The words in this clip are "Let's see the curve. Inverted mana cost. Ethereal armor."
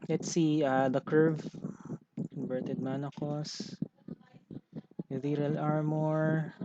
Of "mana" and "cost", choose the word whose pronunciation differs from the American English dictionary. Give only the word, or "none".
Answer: cost